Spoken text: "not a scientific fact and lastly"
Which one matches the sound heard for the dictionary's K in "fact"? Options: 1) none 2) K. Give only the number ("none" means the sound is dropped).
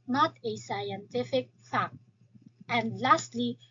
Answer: 2